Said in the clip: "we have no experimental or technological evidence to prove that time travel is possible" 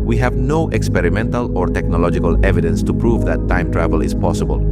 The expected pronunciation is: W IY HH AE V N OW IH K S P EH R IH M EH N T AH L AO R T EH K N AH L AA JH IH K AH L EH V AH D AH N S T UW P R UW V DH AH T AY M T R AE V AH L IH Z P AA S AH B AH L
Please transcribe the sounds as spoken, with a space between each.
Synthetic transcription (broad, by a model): W IY HH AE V N OW IH K S P EH R IH M EH N T AH L AO R T EH K N AH L AA JH IH K AH L EH V AH D AH N S T UW P R UW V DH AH T AY M T R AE V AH L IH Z P AA S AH B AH L